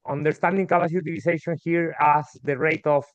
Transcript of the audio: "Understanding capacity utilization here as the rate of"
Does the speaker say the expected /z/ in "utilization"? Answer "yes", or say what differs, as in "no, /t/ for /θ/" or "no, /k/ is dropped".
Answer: no, /s/ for /z/